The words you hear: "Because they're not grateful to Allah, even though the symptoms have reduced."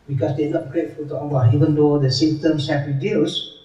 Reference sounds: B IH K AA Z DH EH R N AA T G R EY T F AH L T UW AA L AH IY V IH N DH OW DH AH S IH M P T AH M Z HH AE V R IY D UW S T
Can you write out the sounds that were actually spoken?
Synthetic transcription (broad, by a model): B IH K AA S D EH N AA T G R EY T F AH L T UW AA N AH IY V IH N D OW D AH S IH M T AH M S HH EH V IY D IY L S